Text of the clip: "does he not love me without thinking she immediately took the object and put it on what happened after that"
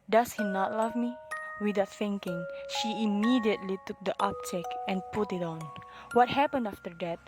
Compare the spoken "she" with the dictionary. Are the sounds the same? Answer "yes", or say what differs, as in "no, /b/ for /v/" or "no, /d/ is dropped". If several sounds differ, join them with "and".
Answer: yes